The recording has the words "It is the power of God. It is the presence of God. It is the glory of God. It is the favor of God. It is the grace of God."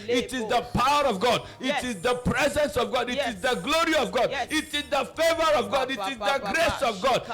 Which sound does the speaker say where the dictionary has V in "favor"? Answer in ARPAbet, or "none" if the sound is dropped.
V